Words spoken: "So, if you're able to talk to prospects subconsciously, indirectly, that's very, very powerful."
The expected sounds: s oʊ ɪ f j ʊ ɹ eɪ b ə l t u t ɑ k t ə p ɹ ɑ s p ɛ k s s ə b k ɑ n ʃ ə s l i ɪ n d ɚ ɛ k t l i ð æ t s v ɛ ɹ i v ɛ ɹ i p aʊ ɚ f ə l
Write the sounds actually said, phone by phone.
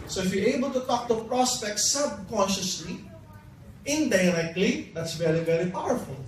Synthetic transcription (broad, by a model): s oʊ ɪ f j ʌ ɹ eɪ b ə l t u t ɑ k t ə p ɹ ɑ s p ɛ k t s ə b k ɑ n ʃ ə s l i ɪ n d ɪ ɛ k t l i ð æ t s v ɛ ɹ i v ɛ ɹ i p aʊ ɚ f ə l